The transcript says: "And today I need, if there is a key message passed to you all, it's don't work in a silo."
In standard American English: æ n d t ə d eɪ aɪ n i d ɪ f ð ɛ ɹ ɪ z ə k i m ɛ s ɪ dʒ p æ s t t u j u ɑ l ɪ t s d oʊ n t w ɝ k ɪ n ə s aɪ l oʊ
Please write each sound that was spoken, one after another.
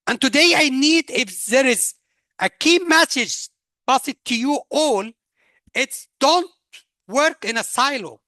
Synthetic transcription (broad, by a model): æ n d t ə d eɪ aɪ n i d ɪ f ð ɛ ɹ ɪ z ə k i m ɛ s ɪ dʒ b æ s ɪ t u j u ɑ l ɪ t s d oʊ n t w ɝ k ɪ n ə s aɪ l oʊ